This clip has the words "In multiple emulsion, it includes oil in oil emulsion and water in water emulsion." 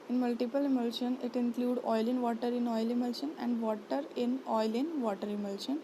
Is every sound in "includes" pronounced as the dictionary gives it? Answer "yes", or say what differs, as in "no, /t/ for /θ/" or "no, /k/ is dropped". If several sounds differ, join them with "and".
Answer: no, /z/ is dropped